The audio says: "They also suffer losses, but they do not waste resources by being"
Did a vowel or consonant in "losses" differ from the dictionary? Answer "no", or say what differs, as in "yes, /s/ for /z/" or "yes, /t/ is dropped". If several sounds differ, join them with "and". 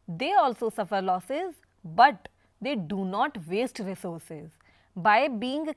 no